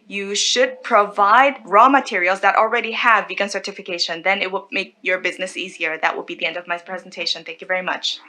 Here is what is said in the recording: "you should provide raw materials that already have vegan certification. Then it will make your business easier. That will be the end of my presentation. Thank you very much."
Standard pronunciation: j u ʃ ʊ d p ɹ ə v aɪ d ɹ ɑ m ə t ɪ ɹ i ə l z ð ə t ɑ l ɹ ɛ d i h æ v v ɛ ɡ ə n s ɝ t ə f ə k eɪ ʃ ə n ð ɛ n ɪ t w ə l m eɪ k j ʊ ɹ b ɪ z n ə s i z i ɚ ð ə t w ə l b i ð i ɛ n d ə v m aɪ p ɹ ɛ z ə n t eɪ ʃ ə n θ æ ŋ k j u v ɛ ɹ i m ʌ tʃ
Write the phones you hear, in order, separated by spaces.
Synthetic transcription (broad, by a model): j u ʃ ʊ d p ɹ ə v aɪ d ɹ ɑ m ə t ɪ ɹ i l z ð ə t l ɹ ɛ d i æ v v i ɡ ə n s ɝ t ə f ə k eɪ ʃ ə n ð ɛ n ɪ t w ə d m eɪ k j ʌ ɹ b ɪ z n ə s i z i ɚ ð ə t w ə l b i ð i ɛ n d ə v m aɪ p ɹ ɛ z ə n t eɪ ʃ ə n θ æ ŋ k j u v ɛ ɹ i m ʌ tʃ